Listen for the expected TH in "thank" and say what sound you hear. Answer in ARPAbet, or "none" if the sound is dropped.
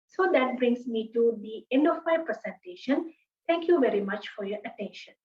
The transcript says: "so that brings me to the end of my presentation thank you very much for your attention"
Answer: T